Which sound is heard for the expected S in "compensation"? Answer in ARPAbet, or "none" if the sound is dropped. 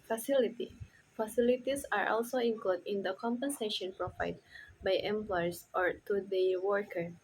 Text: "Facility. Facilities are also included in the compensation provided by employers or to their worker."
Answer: S